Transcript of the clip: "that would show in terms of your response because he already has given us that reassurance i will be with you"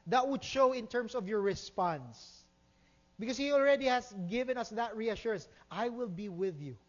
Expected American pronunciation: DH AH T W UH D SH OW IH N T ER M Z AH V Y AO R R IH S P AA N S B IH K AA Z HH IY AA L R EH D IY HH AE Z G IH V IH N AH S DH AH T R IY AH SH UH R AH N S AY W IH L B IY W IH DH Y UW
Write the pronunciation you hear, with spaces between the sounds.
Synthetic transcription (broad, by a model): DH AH T W UH D SH OW IH N T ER M S AH V Y AO R R IH S P AA N S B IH K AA S HH IY AA L R EH D IY HH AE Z G IH V IH N AH S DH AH T R IY AH SH UH R AH N S AY W IH L B IY W IH DH Y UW